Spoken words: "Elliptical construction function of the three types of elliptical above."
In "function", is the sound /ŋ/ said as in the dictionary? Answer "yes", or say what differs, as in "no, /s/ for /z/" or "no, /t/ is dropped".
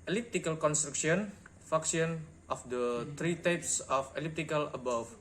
no, /ŋ/ is dropped